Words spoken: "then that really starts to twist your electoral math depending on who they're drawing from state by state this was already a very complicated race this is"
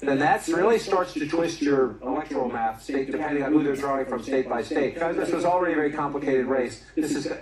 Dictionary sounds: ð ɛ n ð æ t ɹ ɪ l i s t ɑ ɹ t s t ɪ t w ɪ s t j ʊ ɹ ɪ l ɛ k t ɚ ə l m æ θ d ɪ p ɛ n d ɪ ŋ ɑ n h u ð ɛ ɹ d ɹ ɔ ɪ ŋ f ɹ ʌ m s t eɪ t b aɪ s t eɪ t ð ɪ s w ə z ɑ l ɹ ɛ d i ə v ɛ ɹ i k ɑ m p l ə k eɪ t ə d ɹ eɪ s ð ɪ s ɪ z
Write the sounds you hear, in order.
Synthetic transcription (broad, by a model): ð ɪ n ð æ t ɹ ɪ l i s t ɑ ɹ t s t ɪ t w ɪ s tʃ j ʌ ɹ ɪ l ɛ k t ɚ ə l m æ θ d ɪ p ɛ n d ɪ ŋ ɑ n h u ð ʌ ɹ d ɹ ɔ ɪ ŋ f ɹ ʌ m s t eɪ t b aɪ s t eɪ t ð ɪ s w ə z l ɹ ɛ d i ə v ɛ ɹ i k ɑ m p l ə k eɪ t ə d ɹ eɪ s ð ɪ s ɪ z